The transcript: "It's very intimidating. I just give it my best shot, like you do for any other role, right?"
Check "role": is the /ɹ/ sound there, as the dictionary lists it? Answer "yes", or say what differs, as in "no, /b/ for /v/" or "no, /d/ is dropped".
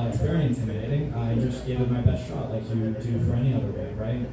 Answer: no, /w/ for /ɹ/